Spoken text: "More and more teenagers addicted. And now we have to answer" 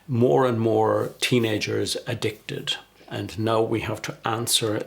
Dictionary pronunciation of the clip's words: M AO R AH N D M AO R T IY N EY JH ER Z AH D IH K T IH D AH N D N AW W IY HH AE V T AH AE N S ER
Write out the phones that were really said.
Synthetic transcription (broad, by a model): M AO R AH N M AO R T IY N EY JH ER Z AH D IH K T IH D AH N N AW W IY HH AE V T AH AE N S ER